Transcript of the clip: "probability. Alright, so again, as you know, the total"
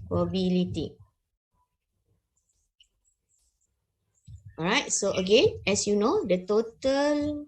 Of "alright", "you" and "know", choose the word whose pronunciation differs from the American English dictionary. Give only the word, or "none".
alright